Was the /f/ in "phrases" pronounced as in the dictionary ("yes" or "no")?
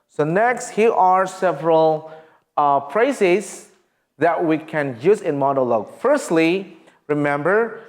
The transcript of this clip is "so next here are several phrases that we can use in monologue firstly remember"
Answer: no